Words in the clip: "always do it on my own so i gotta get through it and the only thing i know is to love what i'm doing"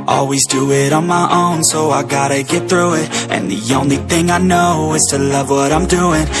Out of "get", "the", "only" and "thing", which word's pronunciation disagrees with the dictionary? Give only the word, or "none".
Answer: none